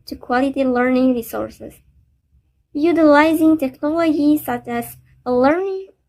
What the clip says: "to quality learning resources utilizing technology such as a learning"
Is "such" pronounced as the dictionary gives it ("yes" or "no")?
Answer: yes